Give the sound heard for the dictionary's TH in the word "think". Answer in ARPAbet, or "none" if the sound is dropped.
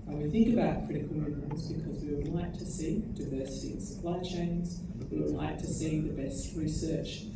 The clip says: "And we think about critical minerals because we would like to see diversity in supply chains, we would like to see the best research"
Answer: TH